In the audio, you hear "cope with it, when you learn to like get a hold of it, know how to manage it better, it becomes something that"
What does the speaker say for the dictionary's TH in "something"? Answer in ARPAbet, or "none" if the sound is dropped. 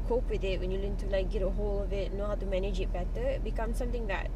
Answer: T